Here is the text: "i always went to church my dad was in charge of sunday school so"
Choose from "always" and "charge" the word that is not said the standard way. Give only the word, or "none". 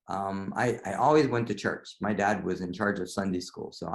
none